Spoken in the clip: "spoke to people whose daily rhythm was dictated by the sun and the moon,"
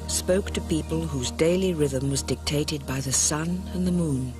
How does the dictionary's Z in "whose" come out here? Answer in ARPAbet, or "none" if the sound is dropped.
Z